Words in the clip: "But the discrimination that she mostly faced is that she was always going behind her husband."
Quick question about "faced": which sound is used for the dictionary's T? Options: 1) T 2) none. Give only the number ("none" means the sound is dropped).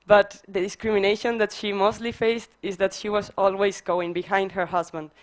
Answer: 1